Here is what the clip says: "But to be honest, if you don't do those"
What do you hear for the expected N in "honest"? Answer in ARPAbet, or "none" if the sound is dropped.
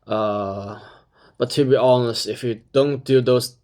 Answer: N